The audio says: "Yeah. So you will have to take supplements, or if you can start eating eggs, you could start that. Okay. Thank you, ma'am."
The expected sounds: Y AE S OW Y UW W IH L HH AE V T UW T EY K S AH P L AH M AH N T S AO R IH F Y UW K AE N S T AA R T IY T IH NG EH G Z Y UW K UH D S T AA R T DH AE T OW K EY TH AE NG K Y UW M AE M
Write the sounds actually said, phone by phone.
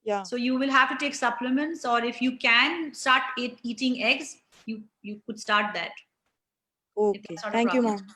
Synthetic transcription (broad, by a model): Y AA S OW Y UW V IH L HH AE V T UW T EY K S AH P L AH M AH N T S AO R IH F Y UW K AE N S T AA R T IY T IH NG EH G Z Y UW K UH D S T AA R T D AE T OW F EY S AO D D Y UW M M